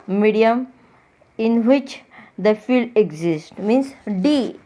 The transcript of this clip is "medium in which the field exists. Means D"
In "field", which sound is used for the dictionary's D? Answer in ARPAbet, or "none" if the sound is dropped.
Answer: D